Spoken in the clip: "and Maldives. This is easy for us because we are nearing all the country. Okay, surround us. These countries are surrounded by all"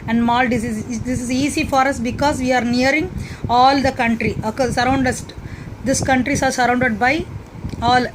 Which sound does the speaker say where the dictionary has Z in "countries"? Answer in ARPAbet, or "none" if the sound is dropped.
S